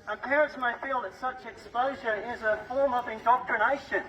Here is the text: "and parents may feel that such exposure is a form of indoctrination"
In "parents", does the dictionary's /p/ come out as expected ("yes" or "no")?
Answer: yes